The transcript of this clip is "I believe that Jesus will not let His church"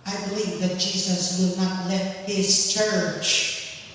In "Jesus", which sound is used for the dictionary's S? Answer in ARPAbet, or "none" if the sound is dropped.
S